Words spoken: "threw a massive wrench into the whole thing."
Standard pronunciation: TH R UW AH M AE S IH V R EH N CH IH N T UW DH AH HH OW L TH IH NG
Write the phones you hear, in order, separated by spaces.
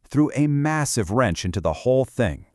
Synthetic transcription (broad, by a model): TH R UW AH M AE S IH V R EH N CH IH N T UW DH AH HH OW L TH IH NG